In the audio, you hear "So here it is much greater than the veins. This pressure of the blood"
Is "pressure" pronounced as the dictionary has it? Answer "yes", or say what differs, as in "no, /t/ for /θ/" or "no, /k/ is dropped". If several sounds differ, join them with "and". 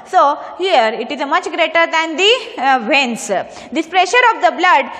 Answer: yes